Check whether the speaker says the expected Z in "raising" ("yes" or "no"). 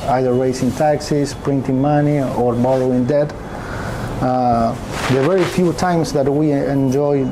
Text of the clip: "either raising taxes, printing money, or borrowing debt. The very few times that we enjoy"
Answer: no